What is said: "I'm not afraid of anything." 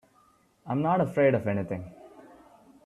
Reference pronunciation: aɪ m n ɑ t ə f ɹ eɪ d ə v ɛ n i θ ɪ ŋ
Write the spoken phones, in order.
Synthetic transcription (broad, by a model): aɪ m n ɑ t ə f ɹ eɪ d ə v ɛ n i t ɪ ŋ